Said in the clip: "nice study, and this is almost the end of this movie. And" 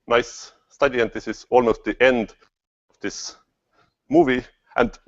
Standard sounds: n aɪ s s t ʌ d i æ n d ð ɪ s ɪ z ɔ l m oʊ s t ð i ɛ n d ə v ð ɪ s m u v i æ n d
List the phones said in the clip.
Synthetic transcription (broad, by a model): n aɪ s s t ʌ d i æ n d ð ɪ s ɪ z ɔ l m oʊ s t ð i ɛ n d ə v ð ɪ s m u v i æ n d